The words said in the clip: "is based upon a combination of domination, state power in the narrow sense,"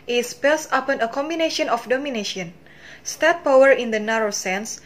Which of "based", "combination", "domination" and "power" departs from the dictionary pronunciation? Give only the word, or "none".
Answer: based